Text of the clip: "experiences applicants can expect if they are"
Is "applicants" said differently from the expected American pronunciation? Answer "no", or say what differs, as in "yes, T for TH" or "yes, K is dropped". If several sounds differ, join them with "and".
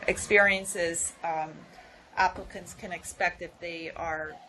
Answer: no